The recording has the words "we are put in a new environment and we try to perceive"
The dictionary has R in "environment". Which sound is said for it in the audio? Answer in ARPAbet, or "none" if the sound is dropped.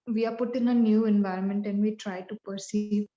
R